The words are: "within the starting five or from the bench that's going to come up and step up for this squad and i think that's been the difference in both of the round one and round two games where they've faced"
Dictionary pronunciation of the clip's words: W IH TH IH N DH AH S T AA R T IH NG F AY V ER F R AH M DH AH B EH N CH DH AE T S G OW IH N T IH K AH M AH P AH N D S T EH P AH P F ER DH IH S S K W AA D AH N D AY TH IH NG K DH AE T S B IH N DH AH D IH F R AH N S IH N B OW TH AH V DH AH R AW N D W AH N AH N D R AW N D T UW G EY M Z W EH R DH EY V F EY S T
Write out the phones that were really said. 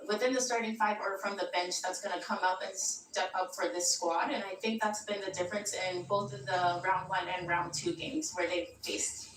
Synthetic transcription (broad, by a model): W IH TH IH N DH AH S T AA R T IH NG F AY V ER F R AH M DH AH B EH N CH DH AE T S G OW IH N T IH K AH M AH P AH N S T EH P AH P F ER DH IH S S K W AA D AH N AY TH IH NG K DH AE T S B IH N DH AH D IH F R AH N S IH N B OW TH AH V DH AH R AW N D W AH N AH N R AW N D T UW G EY M Z W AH R DH EY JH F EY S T